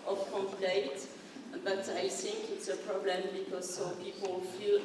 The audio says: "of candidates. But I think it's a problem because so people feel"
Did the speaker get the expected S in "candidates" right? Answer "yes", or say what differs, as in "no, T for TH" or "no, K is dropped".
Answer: no, S is dropped